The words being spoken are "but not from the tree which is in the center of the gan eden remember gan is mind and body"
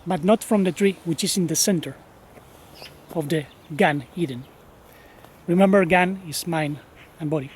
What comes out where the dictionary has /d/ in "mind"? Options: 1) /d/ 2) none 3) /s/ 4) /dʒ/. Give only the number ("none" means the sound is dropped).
2